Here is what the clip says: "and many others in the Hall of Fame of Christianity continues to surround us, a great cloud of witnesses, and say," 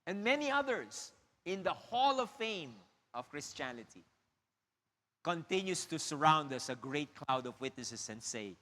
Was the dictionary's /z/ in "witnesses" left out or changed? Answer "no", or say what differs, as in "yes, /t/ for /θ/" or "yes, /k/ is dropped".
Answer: yes, /s/ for /z/